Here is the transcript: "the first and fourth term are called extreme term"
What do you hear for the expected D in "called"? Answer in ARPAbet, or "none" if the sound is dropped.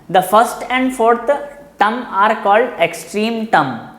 D